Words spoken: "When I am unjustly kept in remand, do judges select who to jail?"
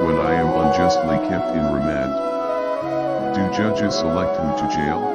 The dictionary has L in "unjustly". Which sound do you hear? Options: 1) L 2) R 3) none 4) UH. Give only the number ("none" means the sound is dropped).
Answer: 1